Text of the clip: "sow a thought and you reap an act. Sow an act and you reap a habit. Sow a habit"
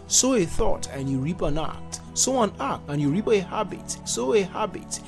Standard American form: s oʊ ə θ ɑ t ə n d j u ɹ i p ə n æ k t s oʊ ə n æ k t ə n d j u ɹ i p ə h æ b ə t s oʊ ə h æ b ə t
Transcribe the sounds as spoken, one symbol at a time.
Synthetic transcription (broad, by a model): s oʊ ə θ ɑ t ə n j u ɹ i p ə n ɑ k t s oʊ ə n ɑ k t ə n j u ɹ i p ə h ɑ b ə t s oʊ ə h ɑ b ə t